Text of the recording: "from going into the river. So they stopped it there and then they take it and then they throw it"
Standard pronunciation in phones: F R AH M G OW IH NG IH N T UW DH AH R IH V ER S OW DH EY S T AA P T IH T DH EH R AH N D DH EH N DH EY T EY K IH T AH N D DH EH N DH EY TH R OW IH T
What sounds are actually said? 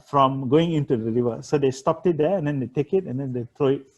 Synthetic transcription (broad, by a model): F R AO M G OW IH NG IH N T UW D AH R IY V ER S OW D EY S T AA P T IH T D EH AH N D EH N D EY T EY K IH T AH N D EH N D EY T R OW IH T